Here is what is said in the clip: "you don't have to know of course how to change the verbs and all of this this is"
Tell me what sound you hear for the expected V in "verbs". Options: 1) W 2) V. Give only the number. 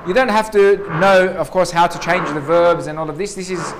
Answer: 2